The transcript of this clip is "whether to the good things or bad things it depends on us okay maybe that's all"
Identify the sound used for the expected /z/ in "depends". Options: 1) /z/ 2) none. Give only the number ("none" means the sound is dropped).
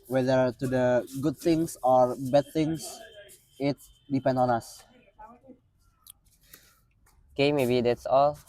2